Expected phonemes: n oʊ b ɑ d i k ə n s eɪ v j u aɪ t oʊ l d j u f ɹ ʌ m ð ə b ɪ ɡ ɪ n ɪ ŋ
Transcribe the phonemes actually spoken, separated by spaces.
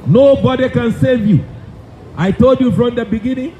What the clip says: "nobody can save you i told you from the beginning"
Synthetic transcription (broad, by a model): n oʊ b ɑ d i k ə n s eɪ v j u aɪ t oʊ l d j u f ɹ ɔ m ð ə b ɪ ɡ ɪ n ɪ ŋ